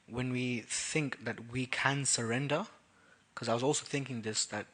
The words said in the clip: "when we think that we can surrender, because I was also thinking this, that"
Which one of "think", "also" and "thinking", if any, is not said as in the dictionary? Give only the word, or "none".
none